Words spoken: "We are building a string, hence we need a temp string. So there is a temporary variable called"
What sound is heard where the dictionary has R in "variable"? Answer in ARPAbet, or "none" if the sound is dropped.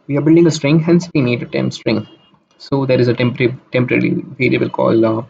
L